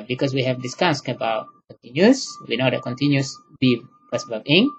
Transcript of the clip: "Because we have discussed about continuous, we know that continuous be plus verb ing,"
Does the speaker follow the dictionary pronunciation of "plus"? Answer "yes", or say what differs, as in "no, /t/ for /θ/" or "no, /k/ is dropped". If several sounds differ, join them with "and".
no, /l/ is dropped